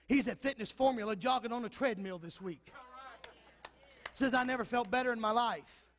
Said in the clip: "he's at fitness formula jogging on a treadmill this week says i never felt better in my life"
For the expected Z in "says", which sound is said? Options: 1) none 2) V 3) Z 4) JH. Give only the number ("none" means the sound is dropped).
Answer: 3